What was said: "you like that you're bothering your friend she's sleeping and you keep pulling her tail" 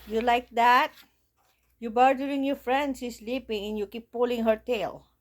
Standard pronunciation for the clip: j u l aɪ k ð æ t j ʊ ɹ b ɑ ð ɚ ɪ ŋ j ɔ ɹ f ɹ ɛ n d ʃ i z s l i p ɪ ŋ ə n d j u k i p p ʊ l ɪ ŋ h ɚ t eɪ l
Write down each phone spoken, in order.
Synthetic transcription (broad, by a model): j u l aɪ k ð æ t j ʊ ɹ b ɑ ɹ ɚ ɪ ŋ j ɔ ɹ f ɹ ɛ n d s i s l i p ɪ ŋ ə n j u k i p p ʊ l ɪ ŋ h ɚ t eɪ l